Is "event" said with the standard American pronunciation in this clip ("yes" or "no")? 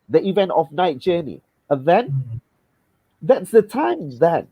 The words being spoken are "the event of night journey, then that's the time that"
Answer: yes